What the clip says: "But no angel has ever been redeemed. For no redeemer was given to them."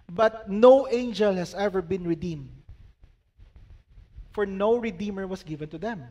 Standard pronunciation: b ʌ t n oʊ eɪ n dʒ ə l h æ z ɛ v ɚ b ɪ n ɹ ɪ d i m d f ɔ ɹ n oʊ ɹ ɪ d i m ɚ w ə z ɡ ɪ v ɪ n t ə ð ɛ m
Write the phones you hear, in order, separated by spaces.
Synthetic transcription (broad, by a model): b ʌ t n oʊ eɪ n dʒ ə l h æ s ɛ v ɚ b ɪ n ɹ ɪ d i m d f ɔ ɹ n oʊ ɹ ɪ d i m ɚ w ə s ɡ ɪ v ɪ n t ə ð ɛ m